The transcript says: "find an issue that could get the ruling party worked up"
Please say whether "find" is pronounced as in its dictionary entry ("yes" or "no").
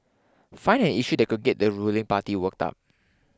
no